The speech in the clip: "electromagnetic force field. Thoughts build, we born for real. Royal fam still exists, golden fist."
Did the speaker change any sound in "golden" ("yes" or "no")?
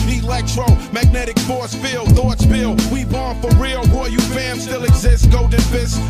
yes